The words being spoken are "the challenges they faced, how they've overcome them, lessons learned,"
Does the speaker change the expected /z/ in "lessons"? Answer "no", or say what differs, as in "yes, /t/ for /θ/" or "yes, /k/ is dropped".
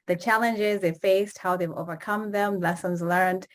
no